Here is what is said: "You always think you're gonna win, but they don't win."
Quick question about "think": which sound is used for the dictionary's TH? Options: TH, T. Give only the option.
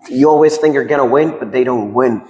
TH